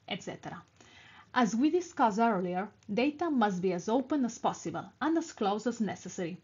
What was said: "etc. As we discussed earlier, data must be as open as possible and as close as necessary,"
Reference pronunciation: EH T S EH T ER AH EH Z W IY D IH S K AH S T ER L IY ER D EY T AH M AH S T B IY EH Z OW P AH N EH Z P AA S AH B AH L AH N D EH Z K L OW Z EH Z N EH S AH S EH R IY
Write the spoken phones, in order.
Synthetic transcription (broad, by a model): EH T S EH T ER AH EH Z W IY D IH S K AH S ER L IY ER D EY T AH M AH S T B IY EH Z OW P AH N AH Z P AA S AH B AH L AH N D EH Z K L OW Z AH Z N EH S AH S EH R IY